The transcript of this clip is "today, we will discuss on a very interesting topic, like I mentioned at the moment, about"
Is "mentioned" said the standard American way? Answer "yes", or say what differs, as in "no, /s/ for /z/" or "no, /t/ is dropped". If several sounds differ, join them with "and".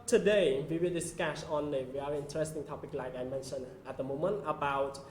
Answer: no, /d/ is dropped